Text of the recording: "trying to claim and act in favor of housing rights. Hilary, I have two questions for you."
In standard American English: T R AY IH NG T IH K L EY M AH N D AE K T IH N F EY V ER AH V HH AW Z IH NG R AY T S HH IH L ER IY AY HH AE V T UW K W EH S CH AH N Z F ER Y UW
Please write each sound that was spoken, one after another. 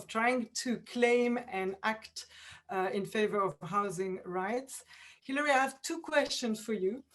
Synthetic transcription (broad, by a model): T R AY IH NG T IH K L EY M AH N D AE K T IH N F EY V ER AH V HH AW Z IH NG R AY T S HH IH L ER IY AY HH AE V T UW K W EH S CH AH N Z F ER Y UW